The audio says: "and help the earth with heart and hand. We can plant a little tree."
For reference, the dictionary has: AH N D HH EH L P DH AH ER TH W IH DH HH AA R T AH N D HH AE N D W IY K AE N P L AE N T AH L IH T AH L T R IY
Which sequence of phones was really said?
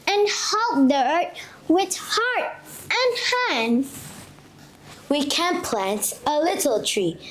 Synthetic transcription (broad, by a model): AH N HH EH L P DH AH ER T W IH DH HH AA R T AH N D HH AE N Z W IY K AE N P L AE N T AH L IH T L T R IY